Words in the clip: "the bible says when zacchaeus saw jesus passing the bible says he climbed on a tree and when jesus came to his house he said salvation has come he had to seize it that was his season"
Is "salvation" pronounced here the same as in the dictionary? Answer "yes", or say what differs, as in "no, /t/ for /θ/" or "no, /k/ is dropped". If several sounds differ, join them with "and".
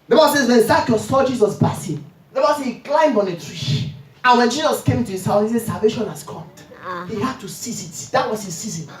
yes